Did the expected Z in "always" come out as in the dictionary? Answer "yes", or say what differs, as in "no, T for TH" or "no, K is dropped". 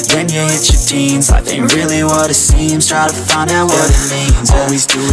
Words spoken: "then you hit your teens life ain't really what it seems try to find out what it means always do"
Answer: yes